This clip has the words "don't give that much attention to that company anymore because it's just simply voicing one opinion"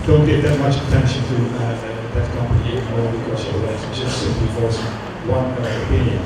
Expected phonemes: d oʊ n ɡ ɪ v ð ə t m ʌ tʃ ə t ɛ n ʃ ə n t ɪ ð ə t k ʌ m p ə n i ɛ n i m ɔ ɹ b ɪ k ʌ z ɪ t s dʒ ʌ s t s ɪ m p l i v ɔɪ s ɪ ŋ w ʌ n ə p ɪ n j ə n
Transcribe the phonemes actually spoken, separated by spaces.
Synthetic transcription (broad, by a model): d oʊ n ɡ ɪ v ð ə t m ʌ tʃ ə t ɛ n ʃ ə n t ɪ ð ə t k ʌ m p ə i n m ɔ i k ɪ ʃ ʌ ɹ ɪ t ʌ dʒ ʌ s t s ɪ m p l i f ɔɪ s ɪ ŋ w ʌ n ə p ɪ n j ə n